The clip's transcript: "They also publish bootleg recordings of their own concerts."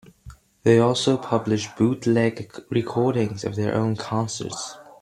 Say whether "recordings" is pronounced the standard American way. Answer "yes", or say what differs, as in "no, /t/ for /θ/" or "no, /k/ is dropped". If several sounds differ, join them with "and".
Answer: yes